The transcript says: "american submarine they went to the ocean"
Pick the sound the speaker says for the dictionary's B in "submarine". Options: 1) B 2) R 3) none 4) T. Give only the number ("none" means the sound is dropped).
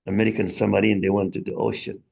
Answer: 3